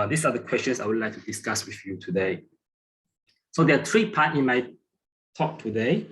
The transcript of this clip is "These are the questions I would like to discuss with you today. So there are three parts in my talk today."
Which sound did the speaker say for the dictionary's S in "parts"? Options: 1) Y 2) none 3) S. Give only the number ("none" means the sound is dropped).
2